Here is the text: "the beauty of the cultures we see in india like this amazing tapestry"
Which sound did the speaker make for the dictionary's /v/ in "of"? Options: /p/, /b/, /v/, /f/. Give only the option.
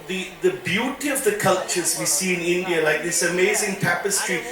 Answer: /v/